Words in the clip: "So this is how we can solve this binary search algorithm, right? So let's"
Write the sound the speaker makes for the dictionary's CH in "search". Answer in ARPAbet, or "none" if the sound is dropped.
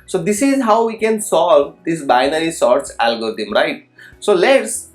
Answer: S